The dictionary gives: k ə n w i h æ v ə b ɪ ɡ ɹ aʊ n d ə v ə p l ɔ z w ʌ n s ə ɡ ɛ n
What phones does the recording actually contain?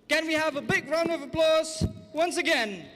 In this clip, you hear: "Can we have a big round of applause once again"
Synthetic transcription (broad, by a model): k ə n w i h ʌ v ə b ɪ ɡ ɹ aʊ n ə v ə p l ɔ z w ʌ n s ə ɡ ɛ n